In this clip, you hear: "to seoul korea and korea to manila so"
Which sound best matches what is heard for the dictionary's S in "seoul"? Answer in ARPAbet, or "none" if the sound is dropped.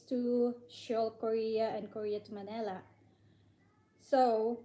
SH